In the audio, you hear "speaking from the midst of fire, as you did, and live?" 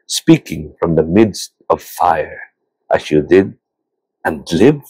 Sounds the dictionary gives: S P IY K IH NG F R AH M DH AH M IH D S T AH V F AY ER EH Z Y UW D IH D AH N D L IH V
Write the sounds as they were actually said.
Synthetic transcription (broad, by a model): S P IY K IH NG F R AH M DH AH M IH D S T AH V F AY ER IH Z Y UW D IH D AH N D L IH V